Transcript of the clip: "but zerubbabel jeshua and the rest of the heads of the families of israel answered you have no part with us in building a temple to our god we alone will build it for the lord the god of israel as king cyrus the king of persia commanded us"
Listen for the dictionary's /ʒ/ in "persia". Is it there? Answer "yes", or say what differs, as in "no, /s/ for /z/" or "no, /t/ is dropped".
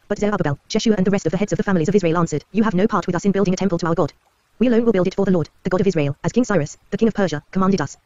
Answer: yes